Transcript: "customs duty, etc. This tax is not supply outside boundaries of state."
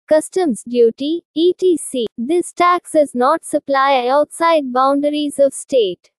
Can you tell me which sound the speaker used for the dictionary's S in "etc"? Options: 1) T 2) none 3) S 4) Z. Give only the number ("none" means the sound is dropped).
2